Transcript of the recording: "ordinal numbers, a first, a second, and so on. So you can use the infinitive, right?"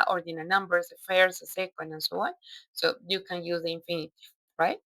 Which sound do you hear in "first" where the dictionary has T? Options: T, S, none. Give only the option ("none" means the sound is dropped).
none